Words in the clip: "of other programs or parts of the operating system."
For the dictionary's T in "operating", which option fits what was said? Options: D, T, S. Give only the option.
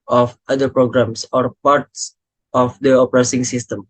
S